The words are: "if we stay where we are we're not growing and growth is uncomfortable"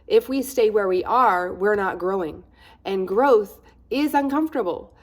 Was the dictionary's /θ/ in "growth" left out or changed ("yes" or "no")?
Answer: no